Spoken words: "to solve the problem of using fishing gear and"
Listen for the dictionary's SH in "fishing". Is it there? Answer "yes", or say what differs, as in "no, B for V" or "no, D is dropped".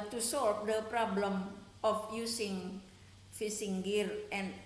no, S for SH